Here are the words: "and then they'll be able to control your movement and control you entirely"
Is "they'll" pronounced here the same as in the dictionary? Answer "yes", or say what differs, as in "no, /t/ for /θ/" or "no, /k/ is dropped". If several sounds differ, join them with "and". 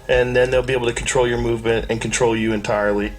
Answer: yes